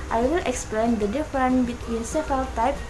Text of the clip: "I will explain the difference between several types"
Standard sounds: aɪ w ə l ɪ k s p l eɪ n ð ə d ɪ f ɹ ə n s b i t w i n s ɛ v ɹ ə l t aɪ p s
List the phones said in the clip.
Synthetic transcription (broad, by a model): aɪ w ə l ɪ k s p l eɪ n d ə d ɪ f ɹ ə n b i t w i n s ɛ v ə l t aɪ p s